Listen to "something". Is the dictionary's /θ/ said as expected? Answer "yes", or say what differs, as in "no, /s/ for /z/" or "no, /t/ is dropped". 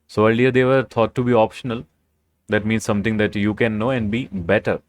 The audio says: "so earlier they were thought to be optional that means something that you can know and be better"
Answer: no, /t/ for /θ/